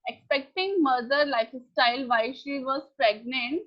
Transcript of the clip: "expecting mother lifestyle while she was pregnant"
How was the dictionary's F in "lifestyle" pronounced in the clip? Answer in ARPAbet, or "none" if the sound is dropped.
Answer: F